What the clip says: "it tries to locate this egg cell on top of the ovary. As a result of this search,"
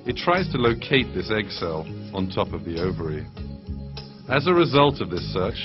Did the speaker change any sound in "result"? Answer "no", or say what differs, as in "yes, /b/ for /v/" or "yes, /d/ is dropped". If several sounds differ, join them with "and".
no